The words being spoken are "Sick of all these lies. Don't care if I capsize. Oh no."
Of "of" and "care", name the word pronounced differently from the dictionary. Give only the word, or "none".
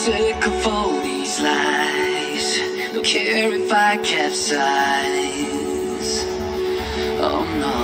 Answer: of